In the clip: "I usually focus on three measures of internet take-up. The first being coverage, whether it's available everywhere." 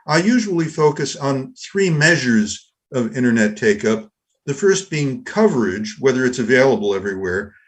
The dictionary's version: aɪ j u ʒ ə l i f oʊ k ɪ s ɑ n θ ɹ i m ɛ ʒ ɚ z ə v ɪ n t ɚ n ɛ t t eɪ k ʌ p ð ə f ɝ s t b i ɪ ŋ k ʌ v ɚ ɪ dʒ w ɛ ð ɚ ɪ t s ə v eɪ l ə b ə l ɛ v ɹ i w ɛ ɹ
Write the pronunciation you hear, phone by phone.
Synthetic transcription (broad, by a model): aɪ j u ʒ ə l i f oʊ k ɪ s n θ ɹ i m ɛ ʒ ɚ z ə v ɪ t ɚ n ɛ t t eɪ k ʌ p ð ə f ɝ s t b i ɪ ŋ k ʌ v ɚ ɪ dʒ w ɛ ð ɚ ɪ t s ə v eɪ l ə b l ɛ v ɹ i w ɛ ɹ